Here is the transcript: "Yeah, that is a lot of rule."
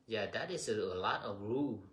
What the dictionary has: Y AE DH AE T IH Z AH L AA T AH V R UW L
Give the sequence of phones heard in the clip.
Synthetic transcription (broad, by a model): Y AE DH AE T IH S AH L AA T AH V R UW